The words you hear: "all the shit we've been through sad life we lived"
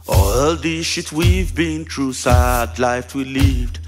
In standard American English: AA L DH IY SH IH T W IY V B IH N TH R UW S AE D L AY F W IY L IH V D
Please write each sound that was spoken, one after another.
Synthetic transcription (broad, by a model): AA L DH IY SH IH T W IY V B IH N T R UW S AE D L AY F W IY L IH V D